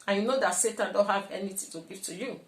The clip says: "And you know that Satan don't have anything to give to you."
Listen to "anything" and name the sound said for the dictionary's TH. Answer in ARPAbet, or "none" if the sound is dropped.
T